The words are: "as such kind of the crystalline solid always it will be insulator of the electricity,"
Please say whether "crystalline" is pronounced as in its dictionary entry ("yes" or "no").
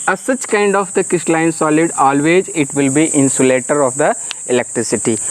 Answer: no